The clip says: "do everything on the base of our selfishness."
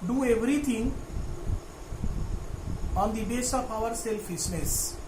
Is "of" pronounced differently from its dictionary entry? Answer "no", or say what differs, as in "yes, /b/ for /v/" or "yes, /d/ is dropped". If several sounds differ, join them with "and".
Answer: yes, /p/ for /v/